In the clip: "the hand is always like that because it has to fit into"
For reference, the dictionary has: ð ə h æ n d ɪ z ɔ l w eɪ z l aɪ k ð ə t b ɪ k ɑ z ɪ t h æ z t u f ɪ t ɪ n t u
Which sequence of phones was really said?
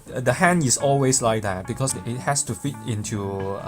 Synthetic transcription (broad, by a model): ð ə h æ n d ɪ s ɔ l w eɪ s l aɪ k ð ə t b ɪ k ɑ s ɪ t h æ s t u f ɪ t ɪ n t u